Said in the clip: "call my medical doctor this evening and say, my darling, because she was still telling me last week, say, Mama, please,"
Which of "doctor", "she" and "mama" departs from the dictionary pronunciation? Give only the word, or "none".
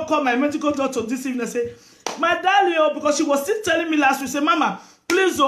doctor